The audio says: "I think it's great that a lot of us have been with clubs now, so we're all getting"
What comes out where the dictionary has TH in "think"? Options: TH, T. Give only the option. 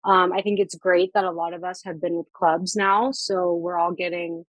TH